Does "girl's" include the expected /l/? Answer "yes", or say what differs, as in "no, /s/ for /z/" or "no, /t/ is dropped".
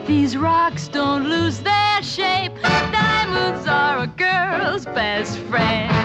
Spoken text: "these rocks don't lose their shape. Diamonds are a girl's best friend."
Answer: yes